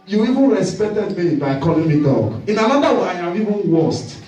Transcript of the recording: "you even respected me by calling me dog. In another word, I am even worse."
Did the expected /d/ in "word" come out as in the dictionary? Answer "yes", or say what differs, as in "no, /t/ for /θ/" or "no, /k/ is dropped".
no, /d/ is dropped